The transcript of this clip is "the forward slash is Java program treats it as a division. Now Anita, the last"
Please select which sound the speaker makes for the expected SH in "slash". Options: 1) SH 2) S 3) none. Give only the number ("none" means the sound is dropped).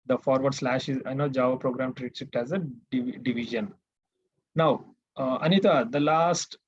1